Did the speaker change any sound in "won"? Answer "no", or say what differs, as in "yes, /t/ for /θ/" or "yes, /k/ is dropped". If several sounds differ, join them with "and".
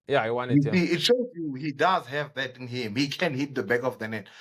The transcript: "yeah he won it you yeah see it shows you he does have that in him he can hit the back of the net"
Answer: yes, /n/ is dropped